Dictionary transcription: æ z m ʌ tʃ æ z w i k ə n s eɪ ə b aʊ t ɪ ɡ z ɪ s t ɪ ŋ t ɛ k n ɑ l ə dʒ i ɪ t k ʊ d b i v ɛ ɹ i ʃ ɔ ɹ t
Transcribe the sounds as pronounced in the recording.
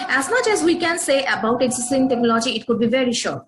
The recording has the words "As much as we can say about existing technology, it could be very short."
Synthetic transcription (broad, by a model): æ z m ʌ tʃ æ z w i k ə n s eɪ ə b aʊ t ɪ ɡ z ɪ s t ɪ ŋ t ɛ k n ɑ l ə dʒ i ɪ t k ʊ d b i v ɛ ɹ i ʃ ɔ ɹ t